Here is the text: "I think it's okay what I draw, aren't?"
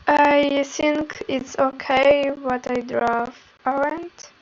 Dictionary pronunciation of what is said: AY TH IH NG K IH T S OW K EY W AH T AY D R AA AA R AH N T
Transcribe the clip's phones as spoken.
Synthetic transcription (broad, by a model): AY TH IH NG K IH T S OW K EY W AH T AY D R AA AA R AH N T